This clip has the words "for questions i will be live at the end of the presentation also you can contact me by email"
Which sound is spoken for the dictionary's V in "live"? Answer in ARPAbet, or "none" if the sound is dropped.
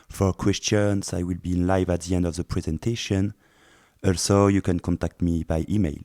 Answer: V